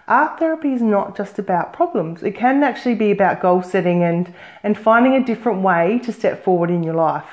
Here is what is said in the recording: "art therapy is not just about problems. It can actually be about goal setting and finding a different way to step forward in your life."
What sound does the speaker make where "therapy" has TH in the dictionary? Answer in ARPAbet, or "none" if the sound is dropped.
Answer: TH